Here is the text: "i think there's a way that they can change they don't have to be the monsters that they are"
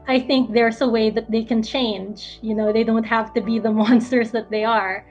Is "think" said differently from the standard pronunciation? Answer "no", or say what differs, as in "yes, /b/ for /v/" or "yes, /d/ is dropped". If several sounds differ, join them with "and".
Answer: no